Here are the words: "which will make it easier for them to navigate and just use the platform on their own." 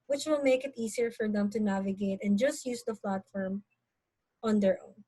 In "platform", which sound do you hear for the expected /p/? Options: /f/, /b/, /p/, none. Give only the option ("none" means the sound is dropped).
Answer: /f/